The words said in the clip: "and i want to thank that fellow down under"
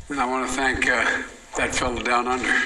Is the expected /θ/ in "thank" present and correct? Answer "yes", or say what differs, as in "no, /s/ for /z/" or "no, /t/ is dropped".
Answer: yes